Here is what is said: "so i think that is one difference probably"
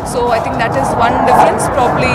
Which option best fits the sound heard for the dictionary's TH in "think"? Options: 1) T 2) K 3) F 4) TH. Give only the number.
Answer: 1